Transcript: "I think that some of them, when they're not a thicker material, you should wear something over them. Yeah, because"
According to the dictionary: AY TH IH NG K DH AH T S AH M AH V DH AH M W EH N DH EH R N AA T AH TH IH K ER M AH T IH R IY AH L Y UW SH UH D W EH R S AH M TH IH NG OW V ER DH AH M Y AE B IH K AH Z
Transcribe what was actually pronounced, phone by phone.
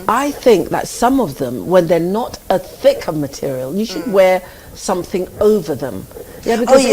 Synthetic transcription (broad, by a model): AY TH IH NG K DH AH T S AH M AH V DH AH M W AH N DH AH R N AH T AH TH IH K ER M AH T IH R IY AH L Y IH SH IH D W EH R S AH M TH IH NG OW V ER DH AH M Y AE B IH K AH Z